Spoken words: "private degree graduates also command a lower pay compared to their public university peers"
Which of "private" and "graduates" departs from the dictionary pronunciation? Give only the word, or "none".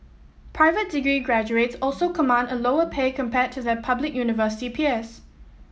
none